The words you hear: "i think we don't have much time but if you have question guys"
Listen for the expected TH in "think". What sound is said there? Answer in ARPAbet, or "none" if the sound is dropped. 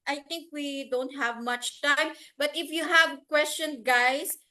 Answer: T